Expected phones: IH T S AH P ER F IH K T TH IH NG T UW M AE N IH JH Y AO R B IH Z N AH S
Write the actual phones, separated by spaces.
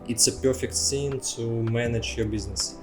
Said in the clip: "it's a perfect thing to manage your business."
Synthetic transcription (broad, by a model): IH T S AH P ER F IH K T S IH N T UW M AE N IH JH Y AO R B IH Z N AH S